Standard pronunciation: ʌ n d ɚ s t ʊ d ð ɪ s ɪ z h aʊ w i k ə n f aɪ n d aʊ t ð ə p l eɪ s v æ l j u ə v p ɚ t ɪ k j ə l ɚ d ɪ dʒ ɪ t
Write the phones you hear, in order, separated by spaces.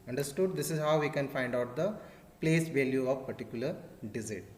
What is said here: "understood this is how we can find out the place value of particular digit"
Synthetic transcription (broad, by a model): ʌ n d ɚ s t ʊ d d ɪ s ɪ z h aʊ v i k ə n f aɪ n d aʊ t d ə p l eɪ s v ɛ l j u ə v p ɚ t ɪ k j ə l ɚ d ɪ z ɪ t